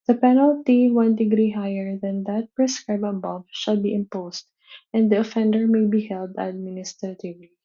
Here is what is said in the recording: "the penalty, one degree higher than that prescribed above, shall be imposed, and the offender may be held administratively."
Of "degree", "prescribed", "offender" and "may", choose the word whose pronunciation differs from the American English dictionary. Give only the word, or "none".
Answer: prescribed